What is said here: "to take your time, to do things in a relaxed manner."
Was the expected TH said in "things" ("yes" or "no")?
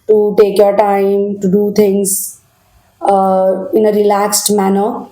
no